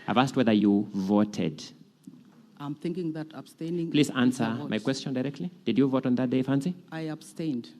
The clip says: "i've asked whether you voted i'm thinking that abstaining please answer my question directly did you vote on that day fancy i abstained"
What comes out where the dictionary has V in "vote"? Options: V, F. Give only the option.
V